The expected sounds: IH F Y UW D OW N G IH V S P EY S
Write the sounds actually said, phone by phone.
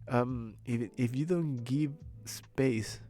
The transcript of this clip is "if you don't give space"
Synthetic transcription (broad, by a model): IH F Y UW D OW N G IH V S P EY S